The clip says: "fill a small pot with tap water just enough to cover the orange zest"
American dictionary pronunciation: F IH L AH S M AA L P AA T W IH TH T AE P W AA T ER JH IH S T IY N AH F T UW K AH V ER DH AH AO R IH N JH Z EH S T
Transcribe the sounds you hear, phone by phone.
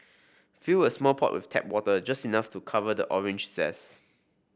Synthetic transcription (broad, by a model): F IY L AH S M AA L P AA T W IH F T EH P W AA T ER JH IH S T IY N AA F T UW K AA V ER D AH AO R IH N JH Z EH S